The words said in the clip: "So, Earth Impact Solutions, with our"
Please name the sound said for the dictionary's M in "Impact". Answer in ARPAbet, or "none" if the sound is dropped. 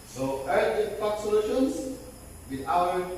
none